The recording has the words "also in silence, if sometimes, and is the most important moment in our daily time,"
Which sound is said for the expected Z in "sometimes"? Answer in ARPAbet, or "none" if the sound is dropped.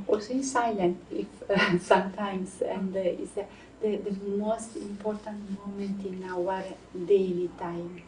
S